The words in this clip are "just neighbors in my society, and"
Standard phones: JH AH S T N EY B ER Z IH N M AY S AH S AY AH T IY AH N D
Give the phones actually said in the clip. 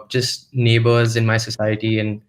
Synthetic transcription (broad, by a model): JH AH S T N EY B ER Z IH N M AY S AH S AY AH T IY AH N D